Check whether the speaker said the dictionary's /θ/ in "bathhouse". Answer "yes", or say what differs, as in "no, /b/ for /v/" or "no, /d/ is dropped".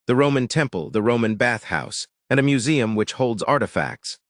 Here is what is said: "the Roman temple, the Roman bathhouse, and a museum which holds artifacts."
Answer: yes